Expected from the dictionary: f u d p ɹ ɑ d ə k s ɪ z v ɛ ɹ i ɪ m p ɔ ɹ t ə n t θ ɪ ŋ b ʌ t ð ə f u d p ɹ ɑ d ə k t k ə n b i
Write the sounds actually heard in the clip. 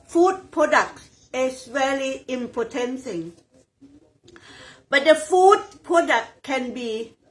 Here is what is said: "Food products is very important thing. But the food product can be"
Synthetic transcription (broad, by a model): f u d p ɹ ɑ d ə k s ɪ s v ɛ l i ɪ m p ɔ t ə n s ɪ ŋ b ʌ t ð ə f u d p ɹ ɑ d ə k k ə n b i